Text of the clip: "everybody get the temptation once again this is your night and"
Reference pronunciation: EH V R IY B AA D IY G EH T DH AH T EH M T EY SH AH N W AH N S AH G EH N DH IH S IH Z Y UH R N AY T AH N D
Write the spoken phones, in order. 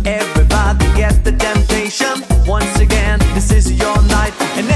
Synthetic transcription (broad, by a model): EH V R IY B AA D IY G EH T DH AH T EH M T EY SH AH N W AH N S AH G EH N DH IH S IH Z Y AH R N AY T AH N